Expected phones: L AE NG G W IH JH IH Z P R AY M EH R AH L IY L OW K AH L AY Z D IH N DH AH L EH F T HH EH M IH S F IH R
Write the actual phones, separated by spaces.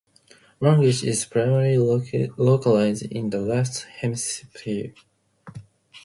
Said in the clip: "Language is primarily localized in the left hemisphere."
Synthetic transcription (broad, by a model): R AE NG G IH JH IH Z P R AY M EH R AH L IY L OW K AH L AY Z D IH N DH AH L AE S T HH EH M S P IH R